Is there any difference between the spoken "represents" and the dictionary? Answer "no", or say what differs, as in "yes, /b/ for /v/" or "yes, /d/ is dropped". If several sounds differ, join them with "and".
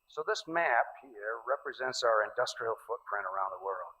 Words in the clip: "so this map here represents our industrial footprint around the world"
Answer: no